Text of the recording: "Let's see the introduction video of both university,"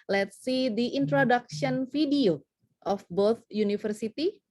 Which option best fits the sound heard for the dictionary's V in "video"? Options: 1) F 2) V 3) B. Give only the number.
1